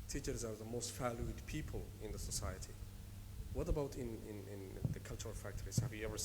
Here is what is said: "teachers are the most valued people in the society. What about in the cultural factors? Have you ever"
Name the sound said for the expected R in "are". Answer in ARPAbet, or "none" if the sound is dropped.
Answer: W